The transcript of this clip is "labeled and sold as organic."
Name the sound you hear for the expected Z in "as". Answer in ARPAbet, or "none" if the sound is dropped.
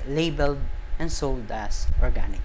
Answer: S